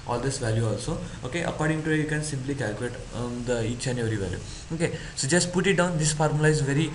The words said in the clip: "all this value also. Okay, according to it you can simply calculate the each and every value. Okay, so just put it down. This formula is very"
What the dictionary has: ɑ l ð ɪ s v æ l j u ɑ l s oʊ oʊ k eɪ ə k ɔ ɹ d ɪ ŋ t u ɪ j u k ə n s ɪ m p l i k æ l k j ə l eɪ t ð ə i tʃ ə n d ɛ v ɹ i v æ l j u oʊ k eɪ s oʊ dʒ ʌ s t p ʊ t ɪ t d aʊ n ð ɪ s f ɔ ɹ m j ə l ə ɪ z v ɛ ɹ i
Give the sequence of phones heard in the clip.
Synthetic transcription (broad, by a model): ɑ l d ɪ s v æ l j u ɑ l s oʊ oʊ k eɪ ə k ɔ ɹ d ɪ ŋ t u ɪ j u k ə n s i m p l i k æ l k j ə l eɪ t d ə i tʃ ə n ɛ ɹ i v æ l j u oʊ k eɪ s oʊ dʒ ʌ s t p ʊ t ɪ t d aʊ n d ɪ s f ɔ ɹ m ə l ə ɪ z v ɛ ɹ i